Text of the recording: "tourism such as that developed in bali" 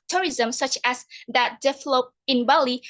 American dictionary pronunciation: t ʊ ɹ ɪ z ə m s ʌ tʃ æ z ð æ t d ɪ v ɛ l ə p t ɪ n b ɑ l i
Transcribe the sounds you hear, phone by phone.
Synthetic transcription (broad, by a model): t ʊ ɹ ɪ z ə m s ʌ tʃ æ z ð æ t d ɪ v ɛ l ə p ɪ n b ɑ l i